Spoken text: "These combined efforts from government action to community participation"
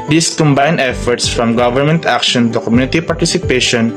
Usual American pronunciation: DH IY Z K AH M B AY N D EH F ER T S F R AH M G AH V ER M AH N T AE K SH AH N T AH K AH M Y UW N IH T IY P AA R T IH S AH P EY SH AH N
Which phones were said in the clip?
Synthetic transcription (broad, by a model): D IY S K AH M B AY N EH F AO T S F R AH M G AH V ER M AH N T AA K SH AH N T AH K AH M Y UW N IH T IY P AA R T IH S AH P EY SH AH N